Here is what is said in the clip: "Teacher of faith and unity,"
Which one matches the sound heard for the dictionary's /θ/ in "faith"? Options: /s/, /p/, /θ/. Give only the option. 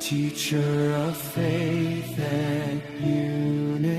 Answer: /θ/